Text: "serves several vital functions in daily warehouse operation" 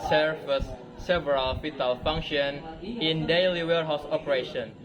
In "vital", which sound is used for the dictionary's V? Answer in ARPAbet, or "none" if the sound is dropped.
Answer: F